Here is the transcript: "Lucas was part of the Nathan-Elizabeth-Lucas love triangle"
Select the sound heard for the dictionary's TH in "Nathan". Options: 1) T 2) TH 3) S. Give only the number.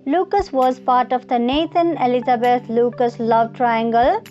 1